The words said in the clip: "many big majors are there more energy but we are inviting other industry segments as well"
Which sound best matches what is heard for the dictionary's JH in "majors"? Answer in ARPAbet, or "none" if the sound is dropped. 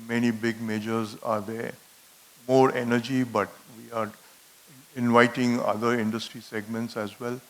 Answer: JH